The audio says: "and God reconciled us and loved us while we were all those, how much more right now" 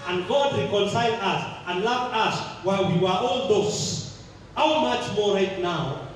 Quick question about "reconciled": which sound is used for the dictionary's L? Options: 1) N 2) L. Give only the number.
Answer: 1